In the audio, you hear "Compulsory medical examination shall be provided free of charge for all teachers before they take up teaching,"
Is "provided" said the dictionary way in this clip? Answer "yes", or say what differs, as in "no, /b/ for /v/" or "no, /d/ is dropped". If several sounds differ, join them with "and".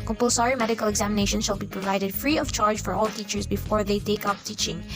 yes